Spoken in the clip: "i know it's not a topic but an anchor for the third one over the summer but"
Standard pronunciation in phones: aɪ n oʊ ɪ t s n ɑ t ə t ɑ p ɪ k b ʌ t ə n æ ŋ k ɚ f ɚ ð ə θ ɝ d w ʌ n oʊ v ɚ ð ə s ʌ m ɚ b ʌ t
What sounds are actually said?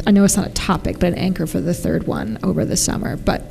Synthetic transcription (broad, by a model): aɪ n oʊ ɪ t s n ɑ t ə t ɑ p ɪ k b ʌ t ə n æ ŋ k ɚ f ɚ ð ə θ ɝ d w ʌ n oʊ v ɚ ð ə s ʌ m ɚ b ʌ t